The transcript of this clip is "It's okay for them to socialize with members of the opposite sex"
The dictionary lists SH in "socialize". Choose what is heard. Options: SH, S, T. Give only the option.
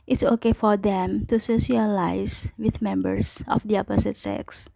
S